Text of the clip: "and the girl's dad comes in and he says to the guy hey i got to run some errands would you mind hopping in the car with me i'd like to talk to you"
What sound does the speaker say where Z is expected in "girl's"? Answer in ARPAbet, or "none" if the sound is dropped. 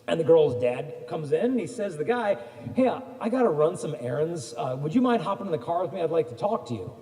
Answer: Z